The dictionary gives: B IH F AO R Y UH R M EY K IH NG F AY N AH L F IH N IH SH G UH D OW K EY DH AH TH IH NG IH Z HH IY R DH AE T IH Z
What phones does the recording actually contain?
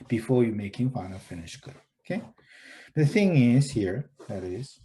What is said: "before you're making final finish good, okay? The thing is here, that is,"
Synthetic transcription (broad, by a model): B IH F AO R Y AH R M EY K IH NG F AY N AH F IH N IH SH G UH D OW K EY DH AH TH IH NG IH Z HH IY R DH AE T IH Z